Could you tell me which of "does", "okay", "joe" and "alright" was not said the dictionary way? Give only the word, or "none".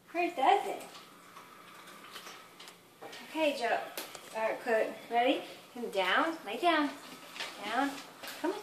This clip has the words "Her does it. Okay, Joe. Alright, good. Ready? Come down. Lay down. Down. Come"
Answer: alright